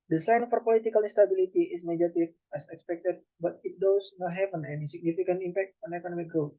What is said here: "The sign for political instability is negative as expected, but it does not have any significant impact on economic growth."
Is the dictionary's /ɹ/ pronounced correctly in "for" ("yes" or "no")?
yes